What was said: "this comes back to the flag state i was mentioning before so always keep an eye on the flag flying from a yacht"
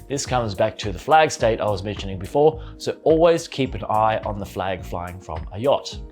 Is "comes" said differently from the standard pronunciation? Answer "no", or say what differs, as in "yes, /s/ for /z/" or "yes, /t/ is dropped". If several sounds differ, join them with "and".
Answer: no